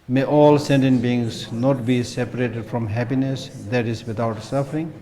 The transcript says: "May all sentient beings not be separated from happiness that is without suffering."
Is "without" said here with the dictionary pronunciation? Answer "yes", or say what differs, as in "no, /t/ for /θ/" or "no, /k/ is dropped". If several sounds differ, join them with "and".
no, /t/ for /θ/